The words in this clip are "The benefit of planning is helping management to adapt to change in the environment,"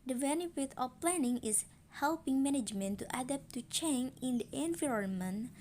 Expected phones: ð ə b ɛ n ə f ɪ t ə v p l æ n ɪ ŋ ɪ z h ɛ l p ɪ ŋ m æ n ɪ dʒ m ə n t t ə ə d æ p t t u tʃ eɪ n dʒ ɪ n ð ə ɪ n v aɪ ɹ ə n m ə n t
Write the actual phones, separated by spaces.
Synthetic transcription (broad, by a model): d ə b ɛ n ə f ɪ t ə f p l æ n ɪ ŋ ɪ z h ɛ l p ɪ ŋ m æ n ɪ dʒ m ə n t t ə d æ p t t u tʃ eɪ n ɪ n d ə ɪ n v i ɹ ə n m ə n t